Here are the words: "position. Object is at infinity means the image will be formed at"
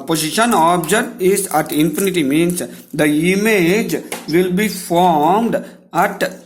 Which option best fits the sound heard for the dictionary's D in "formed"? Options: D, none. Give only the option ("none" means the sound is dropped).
D